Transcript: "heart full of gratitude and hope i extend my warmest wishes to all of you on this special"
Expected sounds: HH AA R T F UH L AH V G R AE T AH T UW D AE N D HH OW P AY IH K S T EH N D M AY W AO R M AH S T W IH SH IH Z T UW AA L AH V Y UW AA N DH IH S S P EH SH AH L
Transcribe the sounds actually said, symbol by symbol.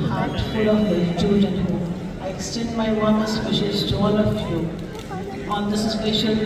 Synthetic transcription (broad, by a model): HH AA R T F UH L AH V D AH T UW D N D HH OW AY IH K S T EH N D M AY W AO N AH S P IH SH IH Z T UW AA L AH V Y UW AA N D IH S S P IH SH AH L